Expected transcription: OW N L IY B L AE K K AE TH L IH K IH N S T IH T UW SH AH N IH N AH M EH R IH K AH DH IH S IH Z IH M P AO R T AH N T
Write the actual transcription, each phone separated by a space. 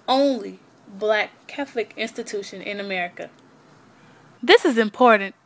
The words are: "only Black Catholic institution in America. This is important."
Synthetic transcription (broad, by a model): OW N L IY B L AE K K AE TH L IH K IH N S T IH T UW SH AH N IH N AH M EH R IH K AH DH IH S IH Z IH M P AO R T N T